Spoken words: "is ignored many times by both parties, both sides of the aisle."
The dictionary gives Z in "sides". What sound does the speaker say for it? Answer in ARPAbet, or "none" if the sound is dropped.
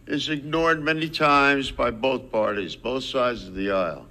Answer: Z